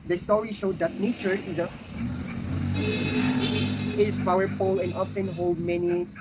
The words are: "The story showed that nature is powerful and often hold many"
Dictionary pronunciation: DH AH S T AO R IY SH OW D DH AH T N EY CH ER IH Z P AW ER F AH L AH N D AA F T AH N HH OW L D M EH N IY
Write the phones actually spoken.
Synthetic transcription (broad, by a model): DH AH S T AO R IY SH OW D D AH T N EY CH ER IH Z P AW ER P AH L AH N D AA F T AH N HH OW L D M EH N IY